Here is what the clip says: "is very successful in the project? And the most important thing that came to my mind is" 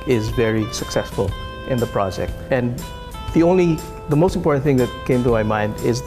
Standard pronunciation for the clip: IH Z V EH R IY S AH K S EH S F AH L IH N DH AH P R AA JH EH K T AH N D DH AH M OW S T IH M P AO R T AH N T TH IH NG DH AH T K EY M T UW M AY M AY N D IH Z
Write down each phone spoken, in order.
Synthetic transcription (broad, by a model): IH Z V EH R IY S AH K S EH S F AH L IH N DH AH P R AA JH EH K T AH N D DH AH M OW S T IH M P AO R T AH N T TH IH NG DH AH T K EY M T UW M AY M AY N D IH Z